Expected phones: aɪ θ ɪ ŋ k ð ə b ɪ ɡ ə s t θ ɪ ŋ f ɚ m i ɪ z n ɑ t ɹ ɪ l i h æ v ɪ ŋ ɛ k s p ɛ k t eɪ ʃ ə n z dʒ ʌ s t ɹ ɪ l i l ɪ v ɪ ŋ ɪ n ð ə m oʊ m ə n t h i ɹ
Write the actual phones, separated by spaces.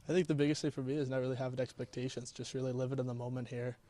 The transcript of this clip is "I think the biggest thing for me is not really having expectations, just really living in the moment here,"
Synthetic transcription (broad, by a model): aɪ θ ɪ ŋ k ð ə b ɪ ɡ ə s t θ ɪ f ɚ m i ɪ z n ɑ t ɹ ɪ l i h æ v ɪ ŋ ɛ k s p ɛ k t eɪ ʃ ə n z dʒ ʌ s t ɹ ɪ l i l ɪ v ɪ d ɪ n ð ə m oʊ m ə n t h i ɹ